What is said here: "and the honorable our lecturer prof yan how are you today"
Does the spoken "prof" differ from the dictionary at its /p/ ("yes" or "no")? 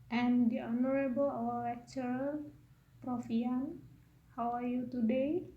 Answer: no